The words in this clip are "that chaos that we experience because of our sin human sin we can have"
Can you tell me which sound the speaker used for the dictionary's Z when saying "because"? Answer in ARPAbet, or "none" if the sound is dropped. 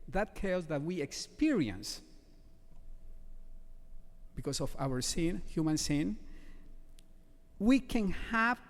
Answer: S